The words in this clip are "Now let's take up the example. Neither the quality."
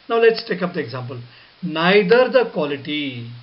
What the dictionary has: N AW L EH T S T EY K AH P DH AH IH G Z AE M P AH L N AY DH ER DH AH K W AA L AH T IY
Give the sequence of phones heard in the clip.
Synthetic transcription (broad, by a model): N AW L EH T S T EY K AH P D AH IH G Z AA M P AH L N AY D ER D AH K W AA L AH T IY